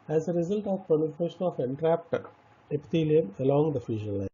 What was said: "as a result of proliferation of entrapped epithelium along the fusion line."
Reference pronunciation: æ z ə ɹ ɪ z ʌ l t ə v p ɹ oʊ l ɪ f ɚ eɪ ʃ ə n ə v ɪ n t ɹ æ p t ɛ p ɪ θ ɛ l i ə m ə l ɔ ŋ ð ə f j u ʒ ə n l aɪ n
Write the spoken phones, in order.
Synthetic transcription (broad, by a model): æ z ə ɹ ɪ z ʌ l t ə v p oʊ n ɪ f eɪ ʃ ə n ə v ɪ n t ɹ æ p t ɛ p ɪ t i l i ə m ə l ɔ ŋ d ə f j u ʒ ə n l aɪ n